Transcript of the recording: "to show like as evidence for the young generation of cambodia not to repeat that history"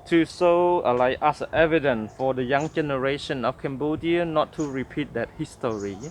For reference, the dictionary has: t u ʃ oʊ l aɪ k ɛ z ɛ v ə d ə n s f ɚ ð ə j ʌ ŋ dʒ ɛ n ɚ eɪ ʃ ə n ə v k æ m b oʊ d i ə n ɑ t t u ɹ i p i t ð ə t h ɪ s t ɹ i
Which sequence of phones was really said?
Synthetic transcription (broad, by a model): t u s oʊ l aɪ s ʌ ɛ v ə d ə n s f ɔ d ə j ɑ ŋ dʒ ɛ n ɚ eɪ ʃ ə n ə f k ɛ m b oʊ d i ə n ɑ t t u ɹ i p i t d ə t h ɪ s t ɹ i